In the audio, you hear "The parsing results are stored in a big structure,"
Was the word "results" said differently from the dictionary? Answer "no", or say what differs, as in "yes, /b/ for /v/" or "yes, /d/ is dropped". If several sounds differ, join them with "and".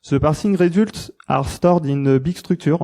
yes, /s/ is dropped